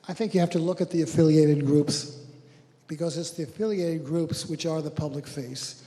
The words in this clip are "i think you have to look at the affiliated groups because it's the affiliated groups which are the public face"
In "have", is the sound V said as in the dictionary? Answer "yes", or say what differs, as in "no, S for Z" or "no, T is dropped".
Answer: no, F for V